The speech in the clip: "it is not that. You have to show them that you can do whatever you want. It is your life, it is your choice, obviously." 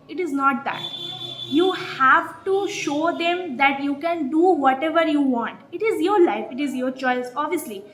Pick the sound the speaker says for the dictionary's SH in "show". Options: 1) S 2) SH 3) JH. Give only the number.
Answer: 2